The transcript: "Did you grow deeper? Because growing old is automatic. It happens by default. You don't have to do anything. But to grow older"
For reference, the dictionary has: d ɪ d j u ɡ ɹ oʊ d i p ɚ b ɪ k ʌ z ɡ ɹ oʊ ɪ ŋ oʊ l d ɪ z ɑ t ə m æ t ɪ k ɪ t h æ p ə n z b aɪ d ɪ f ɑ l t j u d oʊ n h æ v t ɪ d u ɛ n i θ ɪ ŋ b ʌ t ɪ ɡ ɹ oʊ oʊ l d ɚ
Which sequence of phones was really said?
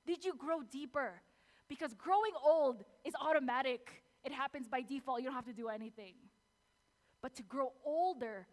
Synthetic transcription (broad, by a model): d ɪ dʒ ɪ ɡ ɹ oʊ d i p ɚ b ɪ k ʌ z ɡ ɹ oʊ ɪ ŋ oʊ l d ɪ z ɑ t ə m æ t ɪ k ɪ t h æ p ə n z b aɪ d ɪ f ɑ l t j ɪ d oʊ n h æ f t ɪ d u ɛ n i θ ɪ ŋ b ʌ t ɪ ɡ ɹ oʊ oʊ l d ɚ